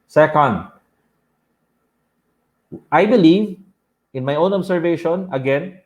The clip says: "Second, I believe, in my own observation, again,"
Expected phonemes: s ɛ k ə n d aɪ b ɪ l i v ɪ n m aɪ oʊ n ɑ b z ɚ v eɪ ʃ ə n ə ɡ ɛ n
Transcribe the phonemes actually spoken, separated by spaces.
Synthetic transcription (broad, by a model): s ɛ k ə n d aɪ b ɪ l i v ɪ n m aɪ oʊ n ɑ b s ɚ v eɪ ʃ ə n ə ɡ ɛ n